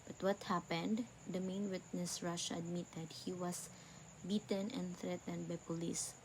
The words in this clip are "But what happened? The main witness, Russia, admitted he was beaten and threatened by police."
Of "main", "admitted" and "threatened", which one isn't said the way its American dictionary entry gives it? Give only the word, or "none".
none